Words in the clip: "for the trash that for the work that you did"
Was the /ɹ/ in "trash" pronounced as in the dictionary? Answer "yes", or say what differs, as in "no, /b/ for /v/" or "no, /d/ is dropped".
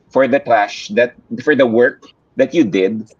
no, /l/ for /ɹ/